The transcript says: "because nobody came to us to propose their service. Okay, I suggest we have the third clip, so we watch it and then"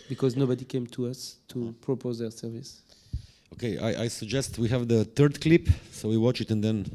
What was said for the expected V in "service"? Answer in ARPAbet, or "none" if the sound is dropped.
V